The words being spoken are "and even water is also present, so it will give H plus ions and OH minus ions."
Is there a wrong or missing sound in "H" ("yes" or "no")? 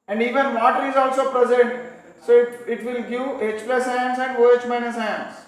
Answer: no